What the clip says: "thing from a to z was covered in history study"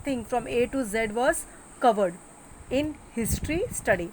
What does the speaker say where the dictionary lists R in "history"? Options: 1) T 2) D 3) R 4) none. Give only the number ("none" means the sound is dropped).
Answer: 3